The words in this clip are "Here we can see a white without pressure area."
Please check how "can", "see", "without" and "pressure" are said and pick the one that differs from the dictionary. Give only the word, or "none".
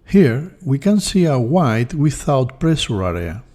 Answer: pressure